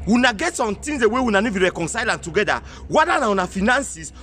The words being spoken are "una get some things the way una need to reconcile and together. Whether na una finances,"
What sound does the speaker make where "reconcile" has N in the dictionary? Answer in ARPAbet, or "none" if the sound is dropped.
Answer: N